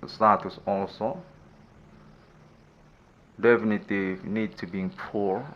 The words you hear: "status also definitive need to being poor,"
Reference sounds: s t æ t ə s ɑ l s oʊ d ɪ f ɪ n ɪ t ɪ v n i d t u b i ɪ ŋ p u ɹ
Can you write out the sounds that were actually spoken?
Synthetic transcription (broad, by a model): s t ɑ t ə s ɑ l s oʊ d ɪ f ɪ n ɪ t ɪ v n i d t u b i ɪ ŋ p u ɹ